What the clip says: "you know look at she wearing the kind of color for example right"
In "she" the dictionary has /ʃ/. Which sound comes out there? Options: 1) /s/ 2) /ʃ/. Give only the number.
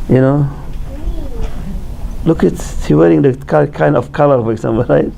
1